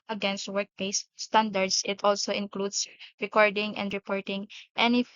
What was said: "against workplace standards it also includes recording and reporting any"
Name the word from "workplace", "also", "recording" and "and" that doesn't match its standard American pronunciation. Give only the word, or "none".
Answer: workplace